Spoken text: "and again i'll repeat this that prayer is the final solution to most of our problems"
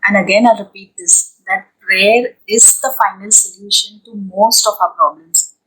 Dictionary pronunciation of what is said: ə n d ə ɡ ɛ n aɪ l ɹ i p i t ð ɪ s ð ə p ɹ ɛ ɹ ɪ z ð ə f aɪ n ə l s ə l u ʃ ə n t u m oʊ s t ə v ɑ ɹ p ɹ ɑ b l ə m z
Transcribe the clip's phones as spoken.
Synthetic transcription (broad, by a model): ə n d ə ɡ ɛ n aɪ ɹ i p i t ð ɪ s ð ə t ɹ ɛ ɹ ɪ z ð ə f aɪ n ə l s ə l u ʃ ə n t u m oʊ s t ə p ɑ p ɹ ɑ b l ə m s